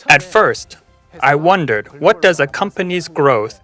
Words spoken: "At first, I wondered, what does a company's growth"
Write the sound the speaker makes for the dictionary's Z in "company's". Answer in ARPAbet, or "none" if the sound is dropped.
Z